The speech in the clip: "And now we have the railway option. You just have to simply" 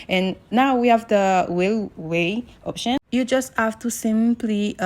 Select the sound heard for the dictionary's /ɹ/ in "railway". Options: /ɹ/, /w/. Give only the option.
/w/